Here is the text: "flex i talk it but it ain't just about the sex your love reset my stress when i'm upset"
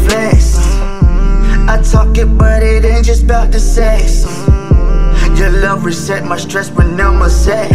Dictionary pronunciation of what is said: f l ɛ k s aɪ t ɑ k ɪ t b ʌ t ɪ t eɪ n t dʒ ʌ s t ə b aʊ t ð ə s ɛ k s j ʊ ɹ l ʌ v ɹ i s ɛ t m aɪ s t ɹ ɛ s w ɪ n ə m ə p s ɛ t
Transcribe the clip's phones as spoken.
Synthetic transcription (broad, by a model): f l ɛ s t aɪ t ɑ k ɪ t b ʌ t ɪ t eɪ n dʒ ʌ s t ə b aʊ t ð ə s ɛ s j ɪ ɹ l ʌ v ɹ i s ɛ t m aɪ s t ɹ ɛ s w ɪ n ə m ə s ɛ